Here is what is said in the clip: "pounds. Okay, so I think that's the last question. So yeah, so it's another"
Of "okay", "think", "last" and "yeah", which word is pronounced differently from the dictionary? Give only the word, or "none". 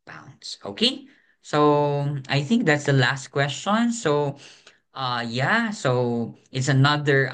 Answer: none